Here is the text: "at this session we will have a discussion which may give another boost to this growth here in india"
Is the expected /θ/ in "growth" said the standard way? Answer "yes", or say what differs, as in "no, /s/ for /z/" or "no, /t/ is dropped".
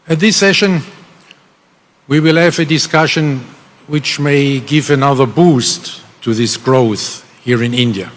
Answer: yes